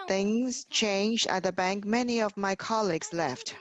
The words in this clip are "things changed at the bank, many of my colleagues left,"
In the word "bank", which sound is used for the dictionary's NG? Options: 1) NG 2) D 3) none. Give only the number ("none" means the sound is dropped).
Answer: 1